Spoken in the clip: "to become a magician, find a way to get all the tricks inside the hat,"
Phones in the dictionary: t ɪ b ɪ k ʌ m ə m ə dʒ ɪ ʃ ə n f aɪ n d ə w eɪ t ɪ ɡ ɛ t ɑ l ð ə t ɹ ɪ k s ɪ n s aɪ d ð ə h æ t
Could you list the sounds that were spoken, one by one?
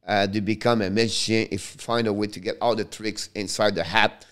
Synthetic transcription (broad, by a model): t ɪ b ɪ k ʌ m ə m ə ʃ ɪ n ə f f aɪ n d ə w eɪ t ɪ ɡ ɛ t ɑ l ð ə t ɹ ɪ k s ɪ n s aɪ d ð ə h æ t